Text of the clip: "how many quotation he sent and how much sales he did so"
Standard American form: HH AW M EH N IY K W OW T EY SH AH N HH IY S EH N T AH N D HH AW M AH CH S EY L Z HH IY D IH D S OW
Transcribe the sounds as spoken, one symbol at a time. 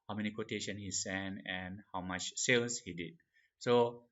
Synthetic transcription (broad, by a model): HH AW M EH N IY K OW T EY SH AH N HH IY S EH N AH N HH AW M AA CH S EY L S HH IY D IH D S OW